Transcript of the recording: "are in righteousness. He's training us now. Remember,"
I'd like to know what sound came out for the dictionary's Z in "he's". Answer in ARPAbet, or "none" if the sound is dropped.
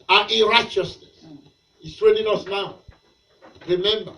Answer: S